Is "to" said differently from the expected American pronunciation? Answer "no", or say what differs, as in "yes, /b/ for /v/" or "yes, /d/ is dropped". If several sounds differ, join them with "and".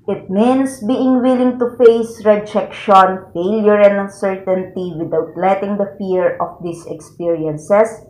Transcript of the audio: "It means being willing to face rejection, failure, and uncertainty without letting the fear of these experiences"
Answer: no